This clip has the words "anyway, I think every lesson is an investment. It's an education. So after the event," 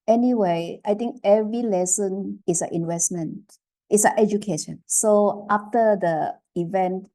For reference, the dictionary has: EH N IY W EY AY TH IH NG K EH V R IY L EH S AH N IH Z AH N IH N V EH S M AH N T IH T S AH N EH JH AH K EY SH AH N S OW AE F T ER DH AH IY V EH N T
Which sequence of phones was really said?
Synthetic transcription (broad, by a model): EH N IY W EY AY T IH NG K EH V R IY L EH S AH N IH S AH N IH N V EH S M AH N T IH T S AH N EH JH AH K EY SH AH N S OW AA F T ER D AH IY V EH N T